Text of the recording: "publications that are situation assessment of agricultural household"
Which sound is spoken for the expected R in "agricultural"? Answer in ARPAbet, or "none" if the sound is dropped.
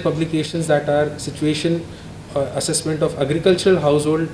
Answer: R